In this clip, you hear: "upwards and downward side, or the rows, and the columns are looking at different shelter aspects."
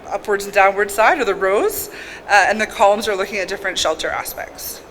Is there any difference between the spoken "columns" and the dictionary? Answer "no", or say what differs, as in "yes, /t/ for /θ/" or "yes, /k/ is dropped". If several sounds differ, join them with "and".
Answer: no